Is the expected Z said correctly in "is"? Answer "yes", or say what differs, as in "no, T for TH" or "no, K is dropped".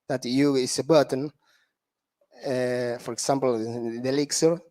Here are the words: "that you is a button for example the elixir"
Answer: no, S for Z